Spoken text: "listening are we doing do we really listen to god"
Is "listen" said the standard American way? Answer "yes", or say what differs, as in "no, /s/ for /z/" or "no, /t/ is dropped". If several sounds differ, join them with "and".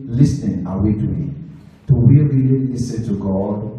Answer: no, /n/ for /l/